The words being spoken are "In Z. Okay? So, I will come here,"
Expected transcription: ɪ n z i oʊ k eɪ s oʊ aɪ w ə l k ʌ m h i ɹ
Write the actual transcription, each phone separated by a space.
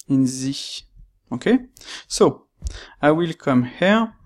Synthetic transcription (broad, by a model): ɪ n z i oʊ k eɪ s oʊ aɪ w ə l k ʌ m h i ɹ